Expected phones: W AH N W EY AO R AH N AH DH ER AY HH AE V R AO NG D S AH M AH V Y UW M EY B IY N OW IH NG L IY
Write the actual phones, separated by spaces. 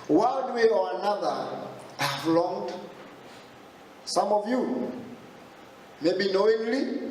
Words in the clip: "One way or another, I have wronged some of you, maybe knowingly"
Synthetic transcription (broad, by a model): W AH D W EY AO R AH N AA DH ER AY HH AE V L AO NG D S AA M AH V Y UW M EY B IY N OW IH NG L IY